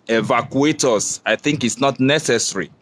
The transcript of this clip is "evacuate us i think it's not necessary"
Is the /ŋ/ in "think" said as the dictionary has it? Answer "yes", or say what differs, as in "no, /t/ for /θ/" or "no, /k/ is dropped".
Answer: yes